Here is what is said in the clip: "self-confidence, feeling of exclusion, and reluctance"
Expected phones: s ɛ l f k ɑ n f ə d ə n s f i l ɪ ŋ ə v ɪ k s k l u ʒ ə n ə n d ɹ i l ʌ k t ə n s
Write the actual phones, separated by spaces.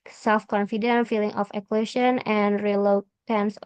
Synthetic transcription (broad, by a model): s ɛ l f k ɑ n f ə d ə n f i l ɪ ŋ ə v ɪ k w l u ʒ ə n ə n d ɹ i l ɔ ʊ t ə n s